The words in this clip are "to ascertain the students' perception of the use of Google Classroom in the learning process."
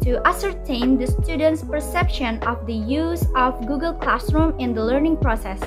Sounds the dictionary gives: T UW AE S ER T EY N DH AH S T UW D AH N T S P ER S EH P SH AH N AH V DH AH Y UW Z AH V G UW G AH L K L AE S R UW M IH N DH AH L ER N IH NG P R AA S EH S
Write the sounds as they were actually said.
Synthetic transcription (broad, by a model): T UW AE S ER T EY N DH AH S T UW D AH N T S P ER S EH P SH AH N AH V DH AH Y UW Z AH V G UW G AH L K L AE S R UW M IH N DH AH L ER N IH NG P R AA S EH S